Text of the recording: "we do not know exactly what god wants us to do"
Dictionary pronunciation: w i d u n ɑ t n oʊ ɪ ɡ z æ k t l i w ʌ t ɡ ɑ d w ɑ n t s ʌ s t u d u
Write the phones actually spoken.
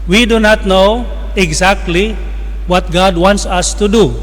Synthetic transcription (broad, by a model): w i d u n ɑ t n oʊ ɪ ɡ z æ k t l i w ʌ t ɡ ɑ d w ɑ n t s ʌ s t u d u